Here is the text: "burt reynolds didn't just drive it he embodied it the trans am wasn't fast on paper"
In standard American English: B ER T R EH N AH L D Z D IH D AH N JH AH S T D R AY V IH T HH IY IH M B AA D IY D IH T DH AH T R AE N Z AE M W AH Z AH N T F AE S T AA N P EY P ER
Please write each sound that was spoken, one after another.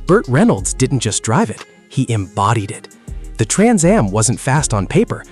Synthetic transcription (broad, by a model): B ER T R EH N L D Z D IH D N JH AH S D R AY V IH T HH IY IH M B AA D IY D IH T DH AH T R AE N Z AE M W AH Z AH N T F AE S T N P EY P ER